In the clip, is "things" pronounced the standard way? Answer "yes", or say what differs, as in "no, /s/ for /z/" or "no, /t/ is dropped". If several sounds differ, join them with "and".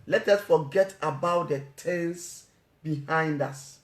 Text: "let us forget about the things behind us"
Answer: no, /t/ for /θ/